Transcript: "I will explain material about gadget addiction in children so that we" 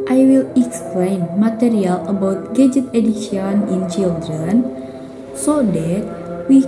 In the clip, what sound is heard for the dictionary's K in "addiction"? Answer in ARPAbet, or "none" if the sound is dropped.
none